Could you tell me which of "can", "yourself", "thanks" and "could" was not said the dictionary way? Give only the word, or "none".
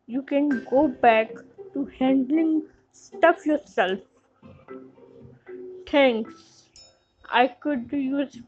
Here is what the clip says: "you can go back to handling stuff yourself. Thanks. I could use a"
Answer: thanks